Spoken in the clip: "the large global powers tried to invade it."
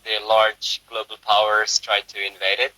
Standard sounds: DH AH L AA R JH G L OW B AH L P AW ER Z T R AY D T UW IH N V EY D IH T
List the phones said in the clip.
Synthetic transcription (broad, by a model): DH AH L AA R JH G L OW B AH L P AW ER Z T R AY D T UW IH N V EY D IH T